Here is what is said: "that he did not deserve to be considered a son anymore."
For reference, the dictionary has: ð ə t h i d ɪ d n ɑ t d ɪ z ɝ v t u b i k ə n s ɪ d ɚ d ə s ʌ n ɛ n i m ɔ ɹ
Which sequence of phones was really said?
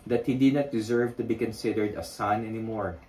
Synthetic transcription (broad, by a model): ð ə t h i d ɪ d n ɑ t d ɪ z ɝ v t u b i k ə n s ɪ d ɚ d ə s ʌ n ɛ n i m ɔ ɹ